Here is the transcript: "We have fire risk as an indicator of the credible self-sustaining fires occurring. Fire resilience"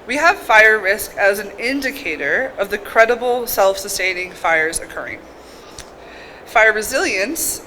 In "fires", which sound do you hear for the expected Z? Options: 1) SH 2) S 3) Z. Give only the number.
3